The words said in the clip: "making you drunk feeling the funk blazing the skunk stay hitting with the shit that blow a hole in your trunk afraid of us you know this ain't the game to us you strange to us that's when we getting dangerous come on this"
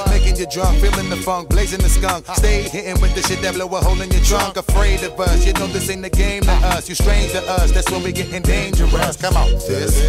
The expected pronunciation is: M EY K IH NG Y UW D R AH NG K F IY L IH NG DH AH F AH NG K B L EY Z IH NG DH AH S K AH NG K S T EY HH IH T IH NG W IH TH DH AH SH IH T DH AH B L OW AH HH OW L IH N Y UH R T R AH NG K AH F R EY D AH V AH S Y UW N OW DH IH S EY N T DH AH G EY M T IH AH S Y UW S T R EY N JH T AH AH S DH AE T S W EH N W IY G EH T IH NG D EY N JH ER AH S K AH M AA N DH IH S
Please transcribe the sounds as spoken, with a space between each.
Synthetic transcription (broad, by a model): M EY K IH NG Y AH D R AH NG K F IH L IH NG DH AH F AH NG K B L EY Z IH NG DH AH S K AH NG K S T EY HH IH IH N W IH DH AH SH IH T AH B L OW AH HH OW L IH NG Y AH R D R AH NG K AH F R EY D AH V AH S Y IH N OW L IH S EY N DH AH G EY M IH AH S Y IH S T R EY N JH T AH AH S DH AE T S W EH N W IY G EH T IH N D EY N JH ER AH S K AH M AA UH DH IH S